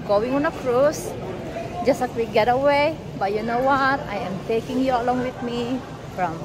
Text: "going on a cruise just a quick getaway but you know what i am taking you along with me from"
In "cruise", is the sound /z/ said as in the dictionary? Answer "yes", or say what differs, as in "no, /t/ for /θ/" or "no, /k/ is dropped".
no, /s/ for /z/